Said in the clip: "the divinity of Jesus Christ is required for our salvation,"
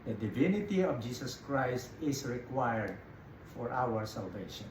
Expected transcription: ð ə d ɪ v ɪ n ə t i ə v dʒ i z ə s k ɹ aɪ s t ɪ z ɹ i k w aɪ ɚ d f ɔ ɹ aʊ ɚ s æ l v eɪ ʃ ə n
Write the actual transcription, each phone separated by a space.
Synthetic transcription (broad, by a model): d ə d ɪ v ɪ n ə t i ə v dʒ i s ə s k ɹ aɪ s t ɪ s ɹ i k w aɪ ɚ d f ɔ ɹ aʊ ɚ s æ l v eɪ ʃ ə n